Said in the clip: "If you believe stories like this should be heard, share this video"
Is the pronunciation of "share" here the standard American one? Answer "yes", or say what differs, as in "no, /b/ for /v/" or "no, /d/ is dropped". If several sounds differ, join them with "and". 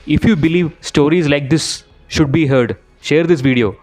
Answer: yes